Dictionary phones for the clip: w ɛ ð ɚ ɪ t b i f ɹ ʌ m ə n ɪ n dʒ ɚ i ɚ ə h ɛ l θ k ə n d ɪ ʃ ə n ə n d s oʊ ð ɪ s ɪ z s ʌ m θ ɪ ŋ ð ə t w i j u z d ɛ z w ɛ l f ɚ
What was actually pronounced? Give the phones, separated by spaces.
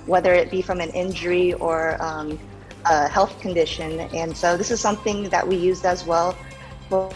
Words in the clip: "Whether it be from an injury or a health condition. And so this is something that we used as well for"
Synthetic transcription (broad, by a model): w ɛ ð ɚ ɪ t b i f ɹ ʌ m ə n ɪ n dʒ ɚ i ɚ ə h ɛ l θ k ə n d ɪ ʃ ə n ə n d s oʊ ð ɪ s ɪ z s ʌ m θ ɪ ŋ ð ə t w i j u z d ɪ z w ɛ l f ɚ